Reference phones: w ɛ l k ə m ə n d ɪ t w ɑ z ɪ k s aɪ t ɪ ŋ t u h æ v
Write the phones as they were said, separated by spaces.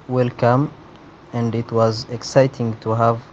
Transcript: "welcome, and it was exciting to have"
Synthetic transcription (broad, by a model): w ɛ l k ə m ə n d ɪ t w ɑ z ɪ k s aɪ t ɪ ŋ t u h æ v